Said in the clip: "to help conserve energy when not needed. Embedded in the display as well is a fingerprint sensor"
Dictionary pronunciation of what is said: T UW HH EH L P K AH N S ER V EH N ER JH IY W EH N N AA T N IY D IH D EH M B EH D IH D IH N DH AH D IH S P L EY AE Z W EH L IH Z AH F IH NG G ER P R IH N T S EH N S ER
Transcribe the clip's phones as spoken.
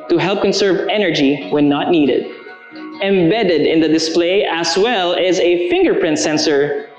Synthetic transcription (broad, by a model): T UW HH EH L P K AH N S ER V EH N ER JH IY W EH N N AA T N IY D IH D EH M B EH D IH D IH N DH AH D IH S P L EY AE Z W EH L IH Z AH F IH NG G ER P R IH N T S EH N S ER